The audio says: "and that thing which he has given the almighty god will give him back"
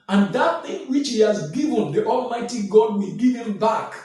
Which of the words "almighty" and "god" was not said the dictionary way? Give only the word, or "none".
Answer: none